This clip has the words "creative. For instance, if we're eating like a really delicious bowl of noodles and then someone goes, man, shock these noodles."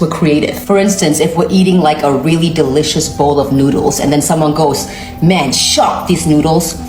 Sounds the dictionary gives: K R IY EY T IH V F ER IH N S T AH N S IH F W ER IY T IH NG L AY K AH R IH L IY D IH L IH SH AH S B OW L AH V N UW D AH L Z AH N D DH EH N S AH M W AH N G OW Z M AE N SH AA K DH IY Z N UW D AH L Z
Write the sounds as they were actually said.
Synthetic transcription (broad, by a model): K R IY EY T IH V F ER IH N S T AH N S IH F W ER IY T IH NG L AY K AH R IH L IY D IH L IH SH AH S B OW L AH V N UW D L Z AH N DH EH N S AH M W AH N G OW Z M AE N SH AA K DH IY Z N UW D L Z